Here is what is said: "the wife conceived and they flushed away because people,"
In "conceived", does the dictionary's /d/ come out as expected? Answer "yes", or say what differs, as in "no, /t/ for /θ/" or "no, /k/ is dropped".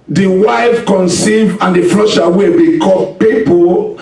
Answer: no, /d/ is dropped